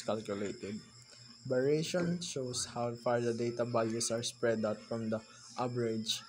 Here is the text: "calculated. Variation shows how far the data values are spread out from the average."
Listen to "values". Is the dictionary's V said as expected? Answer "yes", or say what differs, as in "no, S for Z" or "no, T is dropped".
no, B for V